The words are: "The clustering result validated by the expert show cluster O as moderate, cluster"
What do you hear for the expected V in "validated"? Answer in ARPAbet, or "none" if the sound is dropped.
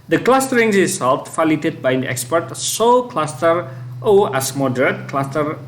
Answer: F